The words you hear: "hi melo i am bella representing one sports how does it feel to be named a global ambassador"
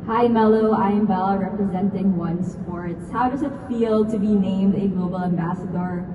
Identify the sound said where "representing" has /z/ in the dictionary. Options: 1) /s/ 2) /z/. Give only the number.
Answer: 2